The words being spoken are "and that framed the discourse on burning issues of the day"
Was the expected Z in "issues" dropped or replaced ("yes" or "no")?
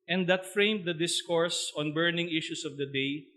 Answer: yes